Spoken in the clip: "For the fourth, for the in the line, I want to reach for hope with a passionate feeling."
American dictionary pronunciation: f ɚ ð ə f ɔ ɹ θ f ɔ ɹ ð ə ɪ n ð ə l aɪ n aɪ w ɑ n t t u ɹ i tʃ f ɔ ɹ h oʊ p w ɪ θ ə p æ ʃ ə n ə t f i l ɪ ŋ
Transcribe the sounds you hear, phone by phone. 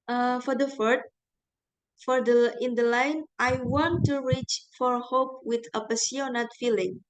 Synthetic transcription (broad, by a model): f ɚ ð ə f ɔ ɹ t f ɔ ɹ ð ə ɪ n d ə l aɪ n aɪ w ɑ n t t u ɹ i tʃ f ɔ ɹ h oʊ p w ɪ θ ə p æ s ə n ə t f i l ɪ ŋ